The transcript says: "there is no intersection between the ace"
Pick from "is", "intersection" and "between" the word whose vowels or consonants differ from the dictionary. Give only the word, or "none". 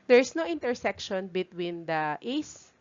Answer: is